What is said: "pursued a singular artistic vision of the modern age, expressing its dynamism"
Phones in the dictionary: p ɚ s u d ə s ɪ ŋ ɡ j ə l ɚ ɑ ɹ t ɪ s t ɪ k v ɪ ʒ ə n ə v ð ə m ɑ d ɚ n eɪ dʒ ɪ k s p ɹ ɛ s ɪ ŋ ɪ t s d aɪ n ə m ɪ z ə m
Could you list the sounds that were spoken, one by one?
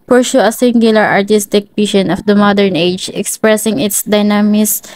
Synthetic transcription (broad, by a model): p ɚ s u ə s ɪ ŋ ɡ j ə l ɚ ɑ ɹ t ɪ s t ɪ k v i ʃ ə n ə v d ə m ɑ d ɚ n eɪ dʒ ɪ k s p ɹ ɛ s ɪ ŋ ɪ t s d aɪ n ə m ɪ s